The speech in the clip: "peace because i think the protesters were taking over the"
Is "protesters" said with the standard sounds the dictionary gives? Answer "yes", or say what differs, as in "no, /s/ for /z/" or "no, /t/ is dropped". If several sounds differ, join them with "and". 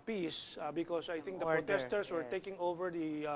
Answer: no, /s/ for /z/